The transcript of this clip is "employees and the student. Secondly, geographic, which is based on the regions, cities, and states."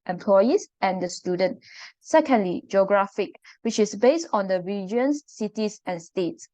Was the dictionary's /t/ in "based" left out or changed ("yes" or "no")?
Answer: no